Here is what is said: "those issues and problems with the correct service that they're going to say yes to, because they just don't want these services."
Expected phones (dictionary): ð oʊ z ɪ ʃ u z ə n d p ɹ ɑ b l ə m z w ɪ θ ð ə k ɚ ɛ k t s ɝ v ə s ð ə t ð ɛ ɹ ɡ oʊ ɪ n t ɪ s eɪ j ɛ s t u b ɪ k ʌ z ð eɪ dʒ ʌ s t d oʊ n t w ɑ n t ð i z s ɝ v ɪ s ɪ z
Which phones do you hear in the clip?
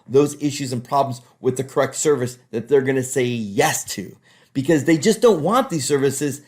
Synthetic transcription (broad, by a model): ð oʊ z ɪ ʃ u z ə n p ɹ ɑ b l ə m z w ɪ ð ə k ɚ ɛ k t s ɝ v ə s ð ə t ð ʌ ɹ ɡ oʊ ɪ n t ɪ s eɪ j ɛ s t u b ɪ k ʌ z ð eɪ dʒ ʌ s d oʊ n t w ɑ n ð i z s ɝ v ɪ s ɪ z